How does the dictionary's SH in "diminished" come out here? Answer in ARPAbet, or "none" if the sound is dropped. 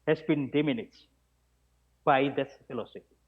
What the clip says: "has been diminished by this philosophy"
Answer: none